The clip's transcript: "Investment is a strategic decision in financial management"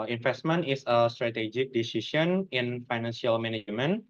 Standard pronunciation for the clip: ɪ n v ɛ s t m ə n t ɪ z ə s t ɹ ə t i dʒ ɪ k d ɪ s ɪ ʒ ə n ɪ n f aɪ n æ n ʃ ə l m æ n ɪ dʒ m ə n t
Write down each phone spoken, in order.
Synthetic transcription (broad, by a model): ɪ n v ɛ s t m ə n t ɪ s ə s t ɹ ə t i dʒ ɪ k d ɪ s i s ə n ɪ n f aɪ n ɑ n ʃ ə l m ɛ n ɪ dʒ m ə n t